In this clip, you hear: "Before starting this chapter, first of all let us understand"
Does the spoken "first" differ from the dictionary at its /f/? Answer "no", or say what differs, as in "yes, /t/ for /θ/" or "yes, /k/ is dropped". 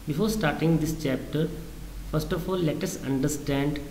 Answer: no